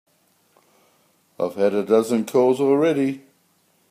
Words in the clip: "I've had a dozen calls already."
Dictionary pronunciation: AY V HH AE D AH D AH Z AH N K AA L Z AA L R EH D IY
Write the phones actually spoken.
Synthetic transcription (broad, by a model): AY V HH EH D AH D AH Z AH N K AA Z AA L R EH D IY